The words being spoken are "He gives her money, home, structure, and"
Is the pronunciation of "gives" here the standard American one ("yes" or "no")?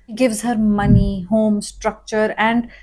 yes